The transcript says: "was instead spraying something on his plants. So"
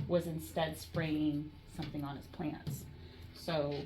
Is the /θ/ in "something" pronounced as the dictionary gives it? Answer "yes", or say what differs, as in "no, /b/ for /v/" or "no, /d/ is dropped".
yes